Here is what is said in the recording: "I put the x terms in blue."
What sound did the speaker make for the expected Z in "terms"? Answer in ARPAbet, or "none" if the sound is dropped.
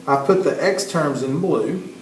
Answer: Z